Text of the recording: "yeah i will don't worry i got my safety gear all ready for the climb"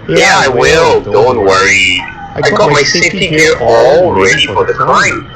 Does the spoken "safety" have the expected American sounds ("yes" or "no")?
no